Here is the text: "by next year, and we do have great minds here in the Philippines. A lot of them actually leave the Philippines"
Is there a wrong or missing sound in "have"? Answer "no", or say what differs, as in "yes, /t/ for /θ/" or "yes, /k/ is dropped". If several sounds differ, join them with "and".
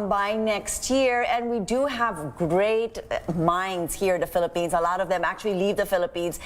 no